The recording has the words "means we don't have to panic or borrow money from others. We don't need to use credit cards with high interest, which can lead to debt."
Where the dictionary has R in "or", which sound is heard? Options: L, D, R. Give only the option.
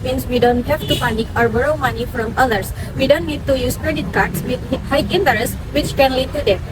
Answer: R